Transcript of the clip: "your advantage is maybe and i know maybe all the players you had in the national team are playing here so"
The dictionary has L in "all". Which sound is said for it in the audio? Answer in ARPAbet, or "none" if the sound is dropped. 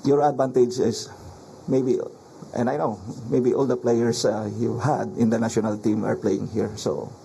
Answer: L